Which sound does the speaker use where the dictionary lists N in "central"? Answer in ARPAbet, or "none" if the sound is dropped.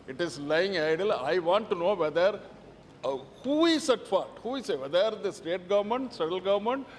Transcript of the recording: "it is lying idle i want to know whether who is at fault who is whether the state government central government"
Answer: none